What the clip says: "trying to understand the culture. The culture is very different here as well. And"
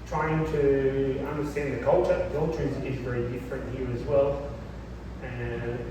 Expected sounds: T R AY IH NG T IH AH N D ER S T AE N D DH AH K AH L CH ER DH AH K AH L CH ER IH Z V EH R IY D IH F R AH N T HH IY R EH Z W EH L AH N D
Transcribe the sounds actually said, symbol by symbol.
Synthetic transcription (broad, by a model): T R AY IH NG T IH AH N D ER S T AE N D DH AH K AH L CH ER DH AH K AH L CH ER IH Z V EH R IY D IH F R AH N T HH IY R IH Z W EH L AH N